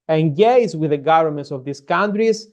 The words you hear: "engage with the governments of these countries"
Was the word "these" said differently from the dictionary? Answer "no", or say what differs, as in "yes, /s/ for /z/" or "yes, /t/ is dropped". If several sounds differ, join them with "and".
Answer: yes, /s/ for /z/